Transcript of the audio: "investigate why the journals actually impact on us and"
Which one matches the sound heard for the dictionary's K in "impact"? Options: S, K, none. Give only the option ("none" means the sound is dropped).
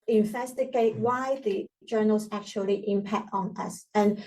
K